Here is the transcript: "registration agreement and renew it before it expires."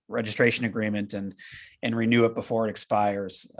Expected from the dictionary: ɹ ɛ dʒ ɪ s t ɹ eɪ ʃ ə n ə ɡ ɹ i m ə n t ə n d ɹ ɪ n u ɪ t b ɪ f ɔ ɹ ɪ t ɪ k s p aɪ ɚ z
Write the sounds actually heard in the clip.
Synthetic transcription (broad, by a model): ɹ ɛ dʒ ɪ s t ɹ eɪ ʃ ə n ə ɡ ɹ i m ə n t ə n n ɹ ɪ n u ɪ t b ɪ f ɔ ɹ ɪ t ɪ k s p aɪ ɚ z